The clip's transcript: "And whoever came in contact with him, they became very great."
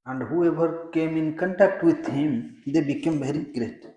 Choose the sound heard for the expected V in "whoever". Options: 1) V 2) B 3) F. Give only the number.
2